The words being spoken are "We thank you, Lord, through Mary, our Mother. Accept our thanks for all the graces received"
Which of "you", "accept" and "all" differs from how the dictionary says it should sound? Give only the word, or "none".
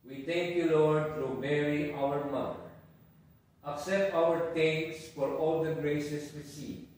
accept